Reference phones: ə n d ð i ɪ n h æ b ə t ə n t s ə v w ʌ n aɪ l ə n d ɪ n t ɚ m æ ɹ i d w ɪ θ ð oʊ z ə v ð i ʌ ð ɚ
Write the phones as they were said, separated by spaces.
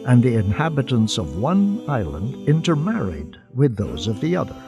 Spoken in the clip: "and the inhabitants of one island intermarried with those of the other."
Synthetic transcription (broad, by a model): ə n ð i ɪ n h æ b ə t ə n t s ə v w ʌ n aɪ l ə n d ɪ n t ɚ m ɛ ɹ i d w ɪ ð oʊ z ə v ð i ʌ ð ɚ